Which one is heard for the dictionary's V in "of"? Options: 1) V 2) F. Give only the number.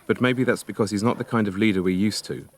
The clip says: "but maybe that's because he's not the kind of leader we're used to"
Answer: 1